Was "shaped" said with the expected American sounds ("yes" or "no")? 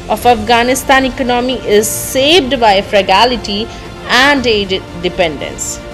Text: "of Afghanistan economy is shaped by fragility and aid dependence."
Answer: no